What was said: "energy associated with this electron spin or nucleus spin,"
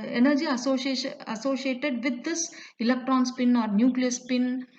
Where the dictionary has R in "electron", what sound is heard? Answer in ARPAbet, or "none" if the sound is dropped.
R